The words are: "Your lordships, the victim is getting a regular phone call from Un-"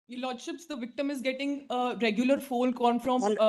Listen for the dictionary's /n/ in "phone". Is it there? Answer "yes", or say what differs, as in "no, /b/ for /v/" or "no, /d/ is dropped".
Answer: no, /l/ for /n/